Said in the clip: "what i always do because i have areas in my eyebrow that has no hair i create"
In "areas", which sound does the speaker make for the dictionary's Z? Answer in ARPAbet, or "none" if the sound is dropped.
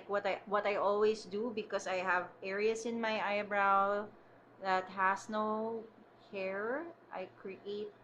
S